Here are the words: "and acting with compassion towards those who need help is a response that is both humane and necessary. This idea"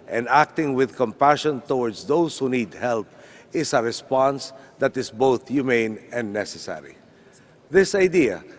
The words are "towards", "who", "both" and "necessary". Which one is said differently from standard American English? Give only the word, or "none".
towards